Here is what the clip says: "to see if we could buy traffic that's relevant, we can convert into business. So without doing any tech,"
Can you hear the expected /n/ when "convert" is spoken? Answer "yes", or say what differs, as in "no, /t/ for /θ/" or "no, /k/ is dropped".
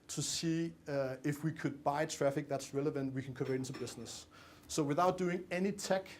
no, /n/ is dropped